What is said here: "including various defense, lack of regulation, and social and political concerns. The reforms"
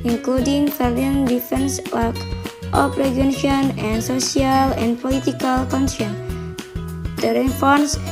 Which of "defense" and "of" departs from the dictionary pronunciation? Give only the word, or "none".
of